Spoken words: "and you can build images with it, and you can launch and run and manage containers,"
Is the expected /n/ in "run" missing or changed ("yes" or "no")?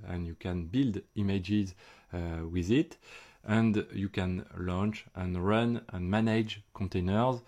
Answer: no